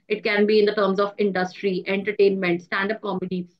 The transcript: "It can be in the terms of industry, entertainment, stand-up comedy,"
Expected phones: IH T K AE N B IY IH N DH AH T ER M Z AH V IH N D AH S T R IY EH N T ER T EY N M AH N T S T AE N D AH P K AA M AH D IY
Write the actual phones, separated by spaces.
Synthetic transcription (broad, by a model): IH T K AE N B IY IH N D AH T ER M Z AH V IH N D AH S T R IY EH N T ER T EY N M AH N T S T AE N D AH P K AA M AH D IY